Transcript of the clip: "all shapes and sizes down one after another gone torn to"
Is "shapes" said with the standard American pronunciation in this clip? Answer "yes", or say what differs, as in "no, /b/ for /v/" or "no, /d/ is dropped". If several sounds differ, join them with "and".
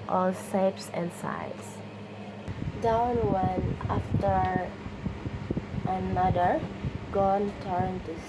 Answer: no, /s/ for /ʃ/